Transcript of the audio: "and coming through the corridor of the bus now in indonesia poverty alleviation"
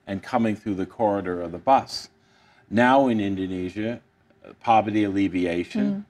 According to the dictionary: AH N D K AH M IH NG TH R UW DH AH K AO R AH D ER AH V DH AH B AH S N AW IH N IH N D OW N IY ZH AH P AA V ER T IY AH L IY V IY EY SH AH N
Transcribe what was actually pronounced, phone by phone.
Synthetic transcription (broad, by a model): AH N K AH M IH NG TH R UW DH AH K AO R AH D ER AH V DH AH B AH S N AW IH N IH N D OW N IY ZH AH P AA V ER T IY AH L IY V IY EY SH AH N